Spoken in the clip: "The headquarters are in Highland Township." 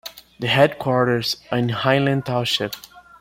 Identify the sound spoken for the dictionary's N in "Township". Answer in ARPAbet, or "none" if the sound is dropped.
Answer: none